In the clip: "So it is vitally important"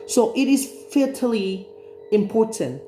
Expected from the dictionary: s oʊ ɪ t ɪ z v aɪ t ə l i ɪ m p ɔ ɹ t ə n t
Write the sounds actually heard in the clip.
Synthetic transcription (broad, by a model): s oʊ ɪ t ɪ z f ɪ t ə l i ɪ m p ɔ ɹ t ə n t